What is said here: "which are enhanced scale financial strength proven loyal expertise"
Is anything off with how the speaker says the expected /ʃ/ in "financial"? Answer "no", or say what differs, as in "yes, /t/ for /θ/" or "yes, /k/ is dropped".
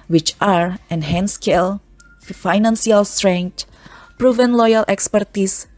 yes, /s/ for /ʃ/